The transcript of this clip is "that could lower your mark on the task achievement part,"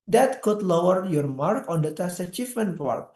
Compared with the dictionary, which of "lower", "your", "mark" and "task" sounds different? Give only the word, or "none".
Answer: task